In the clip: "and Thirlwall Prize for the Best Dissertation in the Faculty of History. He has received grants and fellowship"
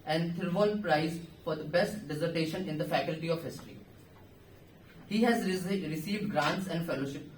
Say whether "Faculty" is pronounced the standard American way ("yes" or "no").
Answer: yes